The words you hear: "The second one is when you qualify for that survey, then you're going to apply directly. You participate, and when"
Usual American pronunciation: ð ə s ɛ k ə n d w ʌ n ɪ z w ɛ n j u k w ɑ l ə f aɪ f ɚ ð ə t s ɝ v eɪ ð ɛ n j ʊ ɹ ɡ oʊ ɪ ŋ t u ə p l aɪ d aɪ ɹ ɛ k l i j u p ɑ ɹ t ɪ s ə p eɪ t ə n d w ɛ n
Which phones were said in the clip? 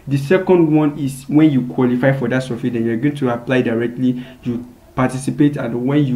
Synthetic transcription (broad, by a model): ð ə s ɛ k ə n d w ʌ n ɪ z w ɛ n j u k w ɑ l ə f aɪ f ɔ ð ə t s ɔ f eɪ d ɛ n j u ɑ ɡ oʊ ɪ ŋ t u ə p l aɪ d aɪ ɹ ɛ k l i j u p ɑ t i s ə p eɪ t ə n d w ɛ n